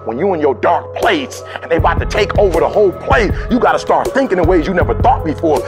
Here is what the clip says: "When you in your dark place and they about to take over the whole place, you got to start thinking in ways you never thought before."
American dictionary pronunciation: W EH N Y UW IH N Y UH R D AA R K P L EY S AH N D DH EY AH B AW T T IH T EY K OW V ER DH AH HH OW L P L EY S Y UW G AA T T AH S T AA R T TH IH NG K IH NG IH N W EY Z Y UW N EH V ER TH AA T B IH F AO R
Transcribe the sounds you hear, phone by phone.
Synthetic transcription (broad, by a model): W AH N Y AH IH N Y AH R D AA R K P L EY S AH N DH EY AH AW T T IH T EY K OW V ER DH AH HH OW L P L EY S Y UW G AA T T AH S T AA R T TH IH NG K IH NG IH W EY Z Y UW N EH V ER TH AA T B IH F AO R